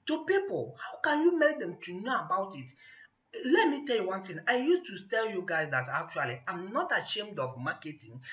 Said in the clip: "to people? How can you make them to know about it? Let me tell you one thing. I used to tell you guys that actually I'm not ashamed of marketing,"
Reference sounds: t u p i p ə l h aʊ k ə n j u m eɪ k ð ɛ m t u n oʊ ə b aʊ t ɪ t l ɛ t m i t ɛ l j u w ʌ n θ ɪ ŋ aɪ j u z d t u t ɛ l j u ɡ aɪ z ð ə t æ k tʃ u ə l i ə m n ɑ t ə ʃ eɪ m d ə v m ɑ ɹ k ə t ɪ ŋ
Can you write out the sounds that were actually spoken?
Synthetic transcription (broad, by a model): t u p i p ə l h aʊ k ə n j u m eɪ k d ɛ m t u n oʊ ə b aʊ t ɪ t l ɛ t m i t ɛ l j u w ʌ n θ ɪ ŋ aɪ j u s t u t ɛ l j u ɡ aɪ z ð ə t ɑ k tʃ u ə l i ə m n ɑ t ə ʃ eɪ m d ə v m ɑ k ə t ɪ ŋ